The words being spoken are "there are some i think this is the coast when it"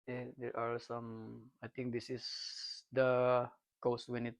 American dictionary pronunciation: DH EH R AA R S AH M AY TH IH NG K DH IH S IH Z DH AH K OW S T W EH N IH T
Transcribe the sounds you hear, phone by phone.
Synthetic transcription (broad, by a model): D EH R AA R S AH M AY T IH NG K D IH S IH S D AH K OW S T W EH N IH T